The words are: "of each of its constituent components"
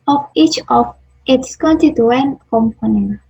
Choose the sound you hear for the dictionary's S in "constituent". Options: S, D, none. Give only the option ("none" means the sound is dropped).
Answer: none